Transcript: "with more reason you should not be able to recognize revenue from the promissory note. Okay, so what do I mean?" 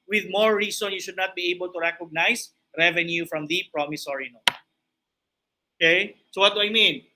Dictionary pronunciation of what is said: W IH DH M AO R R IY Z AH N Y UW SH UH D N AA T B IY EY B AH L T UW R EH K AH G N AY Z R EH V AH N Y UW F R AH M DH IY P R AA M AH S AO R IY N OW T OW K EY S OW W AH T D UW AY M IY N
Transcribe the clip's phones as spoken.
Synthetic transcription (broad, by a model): W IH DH M AO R R IY S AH N Y UW SH UH D N AA T B IY EY B AH L T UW R EH K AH G N AY S R EH V AH N Y UW F R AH M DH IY P R AA M AH S AO R IY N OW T OW K EY S OW W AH T D UW AY M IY N